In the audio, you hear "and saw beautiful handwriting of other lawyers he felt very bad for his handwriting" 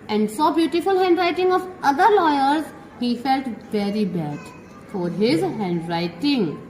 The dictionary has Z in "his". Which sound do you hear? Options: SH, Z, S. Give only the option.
Z